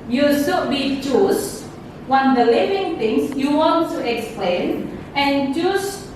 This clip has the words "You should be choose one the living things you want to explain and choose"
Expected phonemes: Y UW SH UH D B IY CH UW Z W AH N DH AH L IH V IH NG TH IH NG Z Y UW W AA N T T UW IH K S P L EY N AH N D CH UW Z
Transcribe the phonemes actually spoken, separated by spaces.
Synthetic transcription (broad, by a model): Y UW S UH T B IY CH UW S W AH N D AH L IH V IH NG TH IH NG S Y UW W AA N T T UW IH K S P L EY N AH N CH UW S